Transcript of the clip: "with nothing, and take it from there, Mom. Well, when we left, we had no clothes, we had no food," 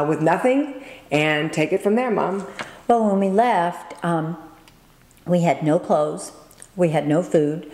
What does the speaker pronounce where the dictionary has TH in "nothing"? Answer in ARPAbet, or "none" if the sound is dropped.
TH